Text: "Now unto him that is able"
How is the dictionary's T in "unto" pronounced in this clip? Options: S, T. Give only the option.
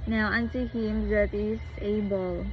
S